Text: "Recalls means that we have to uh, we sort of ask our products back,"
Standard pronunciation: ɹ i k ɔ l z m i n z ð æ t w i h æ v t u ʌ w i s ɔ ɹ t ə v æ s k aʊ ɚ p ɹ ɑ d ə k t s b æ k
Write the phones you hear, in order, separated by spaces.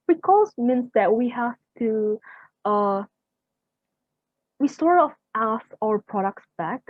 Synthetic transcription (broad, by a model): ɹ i k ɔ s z m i n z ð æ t w i h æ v t u ʌ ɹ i s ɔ ɹ ə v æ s aʊ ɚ p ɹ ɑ d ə k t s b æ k